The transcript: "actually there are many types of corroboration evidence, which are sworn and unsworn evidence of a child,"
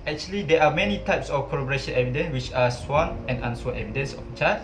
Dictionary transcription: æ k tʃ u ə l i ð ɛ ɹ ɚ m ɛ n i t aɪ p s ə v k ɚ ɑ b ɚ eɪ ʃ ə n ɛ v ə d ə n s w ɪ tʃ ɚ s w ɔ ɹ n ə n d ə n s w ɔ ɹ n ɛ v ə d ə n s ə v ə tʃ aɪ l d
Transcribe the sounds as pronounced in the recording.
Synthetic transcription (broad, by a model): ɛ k tʃ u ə l i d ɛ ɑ m ɛ n i t aɪ p s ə f k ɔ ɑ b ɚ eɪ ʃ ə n ɛ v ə d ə n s w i tʃ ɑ s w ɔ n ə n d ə n s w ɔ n ɛ v ə d ə n s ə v ə tʃ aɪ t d